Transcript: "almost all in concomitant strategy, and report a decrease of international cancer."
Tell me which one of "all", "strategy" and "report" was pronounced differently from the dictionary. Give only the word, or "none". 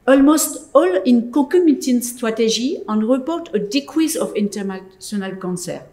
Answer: strategy